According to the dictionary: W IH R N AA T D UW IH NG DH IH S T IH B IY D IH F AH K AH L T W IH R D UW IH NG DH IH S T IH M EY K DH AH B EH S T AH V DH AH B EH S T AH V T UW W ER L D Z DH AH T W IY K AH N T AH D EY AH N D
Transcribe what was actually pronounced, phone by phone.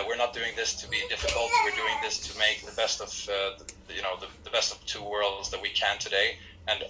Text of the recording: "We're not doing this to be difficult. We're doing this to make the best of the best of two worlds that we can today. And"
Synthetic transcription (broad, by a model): W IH R N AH T D UW IH NG DH IH S T IH B IY D IH F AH K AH T W IH R D UW IH NG DH IH S T IH M EY K DH AH B EH S T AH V DH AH B EH S T AH V T UW W ER L D Z DH AH T W IY K AH N T AH D EY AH N